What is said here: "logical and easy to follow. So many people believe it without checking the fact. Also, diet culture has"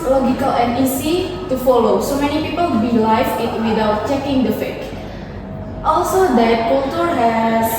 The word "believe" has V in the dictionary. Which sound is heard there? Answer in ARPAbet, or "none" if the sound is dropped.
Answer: F